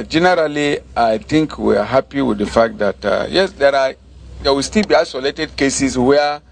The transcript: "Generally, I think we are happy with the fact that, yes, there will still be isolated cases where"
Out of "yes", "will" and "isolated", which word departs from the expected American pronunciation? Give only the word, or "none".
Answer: will